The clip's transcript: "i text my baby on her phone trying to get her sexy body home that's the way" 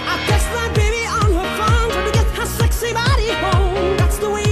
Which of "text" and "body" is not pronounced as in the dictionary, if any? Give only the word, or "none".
text